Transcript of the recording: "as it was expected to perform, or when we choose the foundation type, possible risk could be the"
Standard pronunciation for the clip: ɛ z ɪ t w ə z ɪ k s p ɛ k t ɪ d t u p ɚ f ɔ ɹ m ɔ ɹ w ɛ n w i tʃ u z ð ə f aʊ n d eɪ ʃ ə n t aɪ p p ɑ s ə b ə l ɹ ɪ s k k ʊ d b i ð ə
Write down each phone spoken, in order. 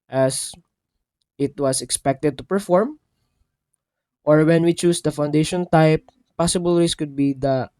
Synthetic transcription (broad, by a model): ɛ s ɪ t w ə s ɪ k s p ɛ k t ɪ d t u p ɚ f ɔ ɹ m ɔ ɹ w ɛ n w i tʃ u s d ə f aʊ n d eɪ ʃ ə n t aɪ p p ɑ s ə b ə l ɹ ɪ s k k ʊ d b i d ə